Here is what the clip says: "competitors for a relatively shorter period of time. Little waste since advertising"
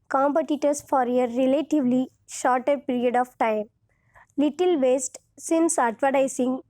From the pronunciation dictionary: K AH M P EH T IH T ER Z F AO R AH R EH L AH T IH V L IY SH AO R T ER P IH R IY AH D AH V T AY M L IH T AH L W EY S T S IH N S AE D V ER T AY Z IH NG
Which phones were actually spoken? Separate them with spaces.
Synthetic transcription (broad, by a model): K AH M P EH T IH T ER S F AO R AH R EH L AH T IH V L IY SH AO R T ER P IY R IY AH D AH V T AY M L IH T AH L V EY S T S IH N S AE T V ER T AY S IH NG